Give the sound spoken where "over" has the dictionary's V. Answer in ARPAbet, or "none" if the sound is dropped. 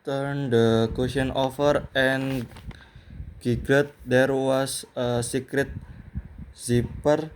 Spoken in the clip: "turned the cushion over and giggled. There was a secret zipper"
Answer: F